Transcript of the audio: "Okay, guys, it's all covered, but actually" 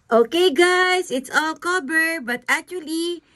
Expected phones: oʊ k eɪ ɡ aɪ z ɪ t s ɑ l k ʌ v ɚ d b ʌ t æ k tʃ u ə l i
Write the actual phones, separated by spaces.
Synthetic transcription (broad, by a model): oʊ k eɪ ɡ aɪ s ɪ t s ɑ l k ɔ b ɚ b ʌ t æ k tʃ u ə l i